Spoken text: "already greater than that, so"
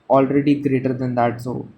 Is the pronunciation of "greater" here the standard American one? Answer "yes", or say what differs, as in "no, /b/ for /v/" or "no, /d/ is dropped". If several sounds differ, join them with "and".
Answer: yes